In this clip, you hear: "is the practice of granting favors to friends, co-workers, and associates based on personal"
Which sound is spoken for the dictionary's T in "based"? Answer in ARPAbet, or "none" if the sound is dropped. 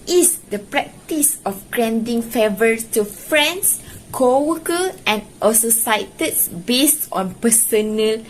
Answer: T